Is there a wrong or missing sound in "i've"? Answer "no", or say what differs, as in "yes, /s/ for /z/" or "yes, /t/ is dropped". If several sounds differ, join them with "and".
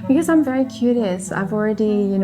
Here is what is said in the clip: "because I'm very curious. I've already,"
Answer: no